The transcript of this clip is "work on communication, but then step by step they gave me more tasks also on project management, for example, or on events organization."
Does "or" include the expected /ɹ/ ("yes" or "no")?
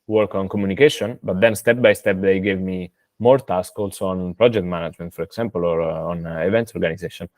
yes